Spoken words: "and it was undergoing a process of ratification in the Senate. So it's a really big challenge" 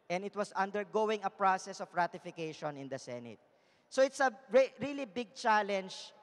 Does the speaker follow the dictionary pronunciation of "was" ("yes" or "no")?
no